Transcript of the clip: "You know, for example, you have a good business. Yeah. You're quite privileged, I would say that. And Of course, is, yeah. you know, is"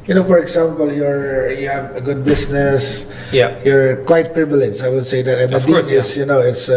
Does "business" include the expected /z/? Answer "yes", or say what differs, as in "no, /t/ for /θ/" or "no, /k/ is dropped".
no, /s/ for /z/